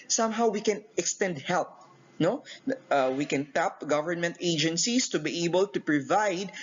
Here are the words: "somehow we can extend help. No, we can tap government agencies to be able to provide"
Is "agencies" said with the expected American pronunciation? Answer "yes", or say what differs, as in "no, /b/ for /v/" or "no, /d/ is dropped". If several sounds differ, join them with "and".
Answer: no, /s/ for /z/